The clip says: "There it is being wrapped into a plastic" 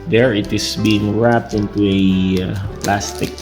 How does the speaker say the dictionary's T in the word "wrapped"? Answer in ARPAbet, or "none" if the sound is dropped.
T